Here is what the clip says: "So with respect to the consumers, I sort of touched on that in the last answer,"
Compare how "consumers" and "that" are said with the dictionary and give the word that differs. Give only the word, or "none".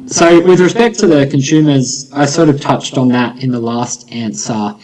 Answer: none